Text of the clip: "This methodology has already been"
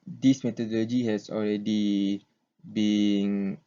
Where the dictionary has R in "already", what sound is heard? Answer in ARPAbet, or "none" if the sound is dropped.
R